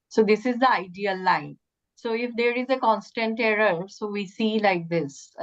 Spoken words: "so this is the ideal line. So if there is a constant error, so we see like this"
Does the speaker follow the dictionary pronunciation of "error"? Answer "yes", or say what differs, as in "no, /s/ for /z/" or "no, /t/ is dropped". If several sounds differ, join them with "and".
yes